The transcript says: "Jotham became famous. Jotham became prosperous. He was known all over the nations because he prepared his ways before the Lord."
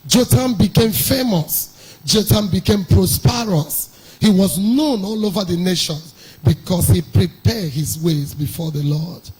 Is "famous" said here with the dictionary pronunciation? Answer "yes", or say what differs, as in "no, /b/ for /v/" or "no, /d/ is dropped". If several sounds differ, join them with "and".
yes